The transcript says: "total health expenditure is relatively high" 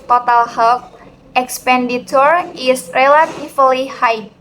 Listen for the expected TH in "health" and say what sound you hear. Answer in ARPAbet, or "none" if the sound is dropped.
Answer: F